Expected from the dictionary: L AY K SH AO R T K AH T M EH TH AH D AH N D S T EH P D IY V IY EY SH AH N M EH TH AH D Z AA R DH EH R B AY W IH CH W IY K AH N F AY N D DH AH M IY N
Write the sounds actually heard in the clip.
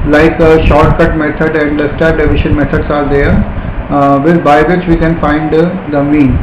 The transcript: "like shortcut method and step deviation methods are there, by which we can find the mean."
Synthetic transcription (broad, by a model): L AY K SH AO R T K AH T M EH T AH D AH N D S T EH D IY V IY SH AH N M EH T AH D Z AA R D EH R B AY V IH CH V IY K AH N F AY N D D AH M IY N